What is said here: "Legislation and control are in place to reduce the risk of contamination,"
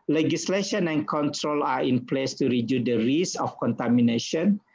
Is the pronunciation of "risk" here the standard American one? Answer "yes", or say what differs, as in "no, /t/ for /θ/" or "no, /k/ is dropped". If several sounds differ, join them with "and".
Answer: no, /k/ is dropped